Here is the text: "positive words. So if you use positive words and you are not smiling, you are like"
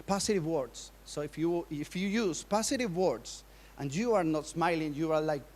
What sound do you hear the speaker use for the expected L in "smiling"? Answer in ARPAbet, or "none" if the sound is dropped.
L